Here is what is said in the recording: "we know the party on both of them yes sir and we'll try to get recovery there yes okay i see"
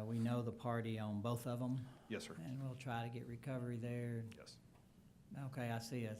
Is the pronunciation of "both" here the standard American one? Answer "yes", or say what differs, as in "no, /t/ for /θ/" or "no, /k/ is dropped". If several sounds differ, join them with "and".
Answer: yes